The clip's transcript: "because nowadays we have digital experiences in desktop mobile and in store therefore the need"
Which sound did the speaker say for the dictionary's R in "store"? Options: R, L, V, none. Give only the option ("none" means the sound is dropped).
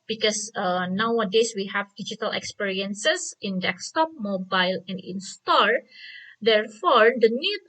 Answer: R